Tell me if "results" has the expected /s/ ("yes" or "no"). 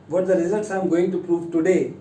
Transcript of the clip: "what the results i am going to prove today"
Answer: yes